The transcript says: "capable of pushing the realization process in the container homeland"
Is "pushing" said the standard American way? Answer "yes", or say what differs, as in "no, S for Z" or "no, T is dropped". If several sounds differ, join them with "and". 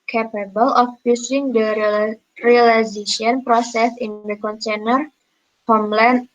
no, S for SH